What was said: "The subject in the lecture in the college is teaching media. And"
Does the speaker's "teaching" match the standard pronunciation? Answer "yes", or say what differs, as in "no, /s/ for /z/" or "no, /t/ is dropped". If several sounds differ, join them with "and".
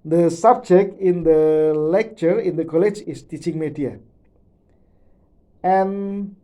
yes